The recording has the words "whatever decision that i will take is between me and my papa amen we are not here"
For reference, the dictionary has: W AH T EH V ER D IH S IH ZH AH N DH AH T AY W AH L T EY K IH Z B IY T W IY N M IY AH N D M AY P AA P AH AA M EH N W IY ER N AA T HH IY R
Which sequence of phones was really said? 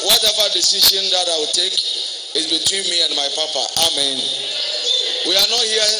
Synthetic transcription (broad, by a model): W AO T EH V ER D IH S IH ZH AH N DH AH T AY W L T EY K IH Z B IY T W IY N M IY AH N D M AY P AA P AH AA M EH N W IY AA N AA T HH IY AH